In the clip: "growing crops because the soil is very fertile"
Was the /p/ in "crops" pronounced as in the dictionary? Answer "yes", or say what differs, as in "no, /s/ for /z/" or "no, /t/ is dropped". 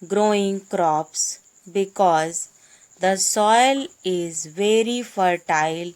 yes